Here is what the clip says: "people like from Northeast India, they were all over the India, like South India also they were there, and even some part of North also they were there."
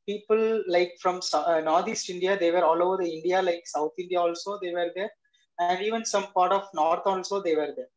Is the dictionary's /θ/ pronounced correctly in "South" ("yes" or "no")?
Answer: no